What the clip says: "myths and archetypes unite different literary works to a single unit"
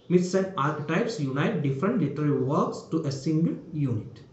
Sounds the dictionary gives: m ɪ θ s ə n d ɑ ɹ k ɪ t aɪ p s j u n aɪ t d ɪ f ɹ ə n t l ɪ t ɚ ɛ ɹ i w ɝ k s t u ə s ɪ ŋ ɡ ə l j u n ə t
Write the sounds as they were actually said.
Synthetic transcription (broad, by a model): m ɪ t s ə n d ɑ ɹ k ɪ t aɪ p s j u n aɪ t d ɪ f ɹ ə n t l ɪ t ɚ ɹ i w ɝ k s t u ə s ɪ ŋ ɡ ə l j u n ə t